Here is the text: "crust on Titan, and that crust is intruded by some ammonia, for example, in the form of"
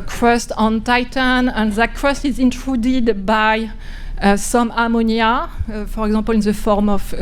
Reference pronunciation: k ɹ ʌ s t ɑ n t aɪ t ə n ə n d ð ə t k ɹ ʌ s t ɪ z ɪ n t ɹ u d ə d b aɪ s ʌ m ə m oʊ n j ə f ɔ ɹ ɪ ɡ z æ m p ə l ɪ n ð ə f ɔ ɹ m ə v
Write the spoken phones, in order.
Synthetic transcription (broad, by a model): k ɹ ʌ s t ɑ n t aɪ t ə n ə n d ð ə t k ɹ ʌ s t ɪ z ɪ n t ɹ u d ə d b aɪ s ʌ m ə m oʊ n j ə f ɔ ɹ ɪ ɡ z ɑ p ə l ɪ n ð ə f ɔ ɹ m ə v